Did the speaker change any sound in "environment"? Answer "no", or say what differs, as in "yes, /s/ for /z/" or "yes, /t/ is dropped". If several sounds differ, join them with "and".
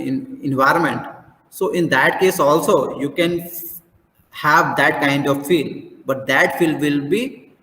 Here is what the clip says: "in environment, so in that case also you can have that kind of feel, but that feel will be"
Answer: no